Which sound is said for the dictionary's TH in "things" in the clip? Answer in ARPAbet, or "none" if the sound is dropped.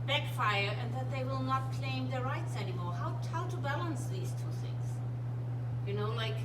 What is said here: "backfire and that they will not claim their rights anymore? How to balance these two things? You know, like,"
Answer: TH